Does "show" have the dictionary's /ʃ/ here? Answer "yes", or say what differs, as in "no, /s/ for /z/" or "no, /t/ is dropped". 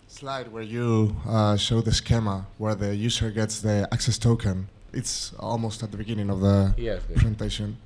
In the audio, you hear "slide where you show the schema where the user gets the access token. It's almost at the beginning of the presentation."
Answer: yes